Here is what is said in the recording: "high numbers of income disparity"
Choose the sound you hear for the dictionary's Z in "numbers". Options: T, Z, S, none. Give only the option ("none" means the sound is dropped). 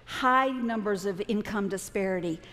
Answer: Z